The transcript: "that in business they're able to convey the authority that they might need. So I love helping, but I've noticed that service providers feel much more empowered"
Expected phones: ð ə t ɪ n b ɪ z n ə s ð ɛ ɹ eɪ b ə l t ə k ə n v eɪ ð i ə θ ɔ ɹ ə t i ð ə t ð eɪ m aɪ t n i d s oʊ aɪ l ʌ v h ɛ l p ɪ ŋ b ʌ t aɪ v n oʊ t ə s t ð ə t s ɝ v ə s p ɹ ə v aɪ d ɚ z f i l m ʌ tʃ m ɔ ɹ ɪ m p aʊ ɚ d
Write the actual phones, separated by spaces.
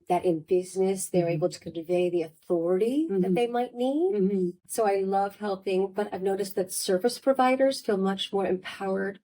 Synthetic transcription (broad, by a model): ð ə t ɪ n b ɪ z n ə s ð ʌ ɹ eɪ b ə l t ə k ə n v eɪ ð i ə θ ɔ ɹ ə t i ð ə t ð eɪ m aɪ t n i d s oʊ aɪ l ʌ v h ɛ l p ɪ ŋ b ʌ t aɪ v n oʊ t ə s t ð ə t s ɝ v ə s p ɹ ə v aɪ d ɚ z f i l m ʌ tʃ m ɔ ɹ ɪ m p aʊ ɚ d